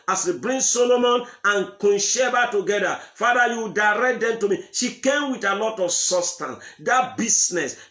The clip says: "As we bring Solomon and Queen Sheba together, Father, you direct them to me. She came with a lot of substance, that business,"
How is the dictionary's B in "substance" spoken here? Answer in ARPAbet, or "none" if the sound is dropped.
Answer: none